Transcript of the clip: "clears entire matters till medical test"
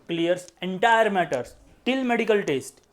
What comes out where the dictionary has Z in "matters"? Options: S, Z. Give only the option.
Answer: S